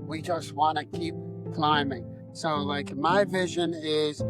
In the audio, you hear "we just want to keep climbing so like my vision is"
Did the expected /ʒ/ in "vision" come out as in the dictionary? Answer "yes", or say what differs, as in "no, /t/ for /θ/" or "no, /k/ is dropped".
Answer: yes